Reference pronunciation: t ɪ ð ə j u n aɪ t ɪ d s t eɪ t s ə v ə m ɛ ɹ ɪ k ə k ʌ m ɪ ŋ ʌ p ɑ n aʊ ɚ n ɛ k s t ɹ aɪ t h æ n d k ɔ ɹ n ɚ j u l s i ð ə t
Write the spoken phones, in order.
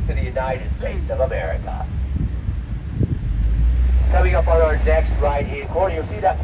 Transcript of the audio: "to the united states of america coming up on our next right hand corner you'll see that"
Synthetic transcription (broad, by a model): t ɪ ð ə j u n aɪ t ɪ d s t eɪ t s ə v ə m ɛ ɹ ɪ k ə k ʌ m ɪ ŋ ʌ p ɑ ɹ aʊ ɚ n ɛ k s t ɹ aɪ t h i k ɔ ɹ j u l s i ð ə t